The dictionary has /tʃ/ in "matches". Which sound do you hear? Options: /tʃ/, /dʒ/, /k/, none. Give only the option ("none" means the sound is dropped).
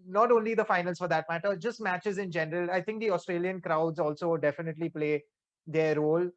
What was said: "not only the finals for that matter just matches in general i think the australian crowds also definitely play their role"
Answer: /tʃ/